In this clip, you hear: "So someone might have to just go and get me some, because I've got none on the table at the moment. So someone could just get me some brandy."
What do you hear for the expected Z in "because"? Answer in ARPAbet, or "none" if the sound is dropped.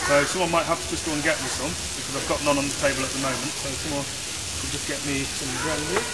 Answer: Z